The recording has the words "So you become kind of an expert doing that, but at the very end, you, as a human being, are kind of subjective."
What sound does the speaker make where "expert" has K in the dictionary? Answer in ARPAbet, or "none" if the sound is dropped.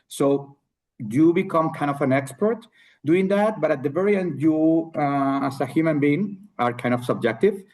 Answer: K